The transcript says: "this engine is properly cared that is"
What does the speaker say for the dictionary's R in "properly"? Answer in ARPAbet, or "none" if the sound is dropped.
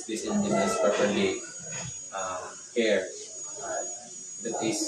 none